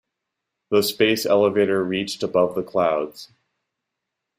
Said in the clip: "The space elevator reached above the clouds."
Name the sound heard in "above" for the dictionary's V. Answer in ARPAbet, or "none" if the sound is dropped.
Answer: V